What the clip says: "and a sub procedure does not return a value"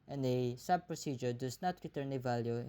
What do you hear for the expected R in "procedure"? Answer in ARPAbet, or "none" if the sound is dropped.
R